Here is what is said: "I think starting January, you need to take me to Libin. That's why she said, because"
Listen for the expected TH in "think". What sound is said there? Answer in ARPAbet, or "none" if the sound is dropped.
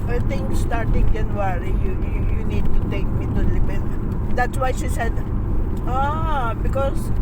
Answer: T